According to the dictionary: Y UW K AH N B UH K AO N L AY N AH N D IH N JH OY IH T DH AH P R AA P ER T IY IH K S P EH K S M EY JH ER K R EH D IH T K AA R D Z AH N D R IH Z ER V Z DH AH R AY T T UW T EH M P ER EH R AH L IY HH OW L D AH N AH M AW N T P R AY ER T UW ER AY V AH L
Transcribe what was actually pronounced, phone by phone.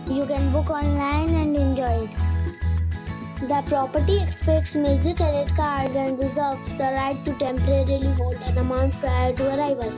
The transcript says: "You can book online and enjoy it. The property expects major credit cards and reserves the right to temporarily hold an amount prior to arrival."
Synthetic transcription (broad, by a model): Y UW K AH N B UH K AO N L AY N AH N D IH N JH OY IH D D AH P R AA P ER T IY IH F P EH K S M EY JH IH K EH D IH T K AA R D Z AH N D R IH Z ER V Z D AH R AY T T UW T EH M P ER EH R AH L IY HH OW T AH N AH M AW N T P R AY ER T UW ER AY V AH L